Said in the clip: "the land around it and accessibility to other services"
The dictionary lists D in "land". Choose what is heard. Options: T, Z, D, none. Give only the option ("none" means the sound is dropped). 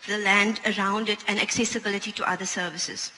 D